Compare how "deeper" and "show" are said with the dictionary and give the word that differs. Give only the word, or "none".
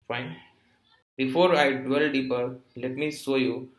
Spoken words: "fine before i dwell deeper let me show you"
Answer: show